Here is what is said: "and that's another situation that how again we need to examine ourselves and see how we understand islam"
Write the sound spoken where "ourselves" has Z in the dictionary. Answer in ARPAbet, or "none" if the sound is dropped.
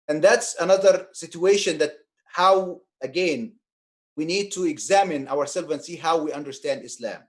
none